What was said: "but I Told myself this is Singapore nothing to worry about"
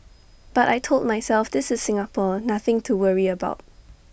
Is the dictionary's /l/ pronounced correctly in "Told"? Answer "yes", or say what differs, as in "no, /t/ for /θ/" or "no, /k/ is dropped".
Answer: yes